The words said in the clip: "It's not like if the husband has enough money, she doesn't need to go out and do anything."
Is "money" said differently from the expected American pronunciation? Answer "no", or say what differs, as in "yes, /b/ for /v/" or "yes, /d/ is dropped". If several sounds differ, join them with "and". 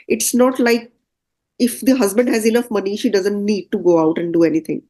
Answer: no